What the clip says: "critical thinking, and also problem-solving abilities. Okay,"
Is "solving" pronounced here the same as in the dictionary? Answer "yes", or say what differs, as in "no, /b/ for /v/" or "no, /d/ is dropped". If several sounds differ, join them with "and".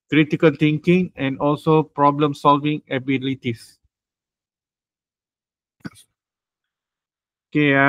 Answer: yes